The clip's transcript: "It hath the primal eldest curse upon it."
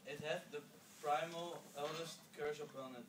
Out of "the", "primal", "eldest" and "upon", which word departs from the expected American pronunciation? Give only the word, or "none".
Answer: upon